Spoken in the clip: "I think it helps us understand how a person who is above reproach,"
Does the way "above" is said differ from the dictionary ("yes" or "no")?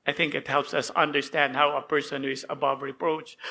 no